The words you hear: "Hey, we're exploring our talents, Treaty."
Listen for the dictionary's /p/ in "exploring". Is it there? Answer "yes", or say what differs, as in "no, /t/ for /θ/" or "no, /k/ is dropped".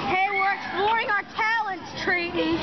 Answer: no, /b/ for /p/